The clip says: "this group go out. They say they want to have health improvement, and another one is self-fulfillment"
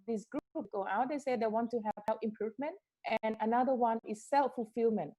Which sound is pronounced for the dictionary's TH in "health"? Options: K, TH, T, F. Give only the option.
F